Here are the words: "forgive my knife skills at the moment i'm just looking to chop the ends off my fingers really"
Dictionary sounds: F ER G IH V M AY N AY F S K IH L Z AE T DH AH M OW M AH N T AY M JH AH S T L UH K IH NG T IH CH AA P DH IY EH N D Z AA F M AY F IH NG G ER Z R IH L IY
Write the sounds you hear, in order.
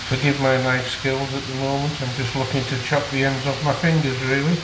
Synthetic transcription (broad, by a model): F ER G IH V M AY N AY S K IH L Z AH T DH AH M OW M AH N T AY M JH AH S T L UH K IH NG T IH CH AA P DH IY EH N D Z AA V M AY F IH NG G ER Z R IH L IY